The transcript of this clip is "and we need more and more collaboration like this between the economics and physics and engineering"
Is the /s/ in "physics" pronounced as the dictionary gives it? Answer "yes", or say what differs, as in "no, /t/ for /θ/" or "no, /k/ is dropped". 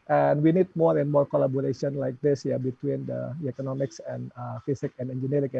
no, /s/ is dropped